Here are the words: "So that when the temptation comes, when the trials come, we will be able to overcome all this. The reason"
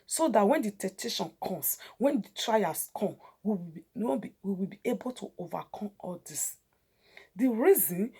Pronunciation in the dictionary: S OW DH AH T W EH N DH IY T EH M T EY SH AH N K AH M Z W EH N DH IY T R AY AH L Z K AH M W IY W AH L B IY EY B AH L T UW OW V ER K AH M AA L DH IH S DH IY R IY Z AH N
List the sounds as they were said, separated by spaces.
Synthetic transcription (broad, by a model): S OW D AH T W EH N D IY T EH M T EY SH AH N K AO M S W EH N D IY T R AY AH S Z K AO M W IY W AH W B IY EY B AH L T UW OW V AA K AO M AA L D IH S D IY R IY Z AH N